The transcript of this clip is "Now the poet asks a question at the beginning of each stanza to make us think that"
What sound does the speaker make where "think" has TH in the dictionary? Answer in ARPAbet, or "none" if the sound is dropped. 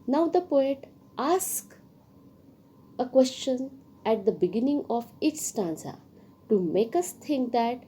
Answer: T